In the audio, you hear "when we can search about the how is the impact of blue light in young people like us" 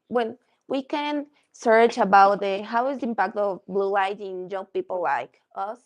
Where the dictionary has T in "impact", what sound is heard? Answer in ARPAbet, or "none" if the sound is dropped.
T